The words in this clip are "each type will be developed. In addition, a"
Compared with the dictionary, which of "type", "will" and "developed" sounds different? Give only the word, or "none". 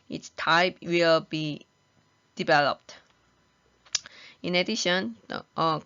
none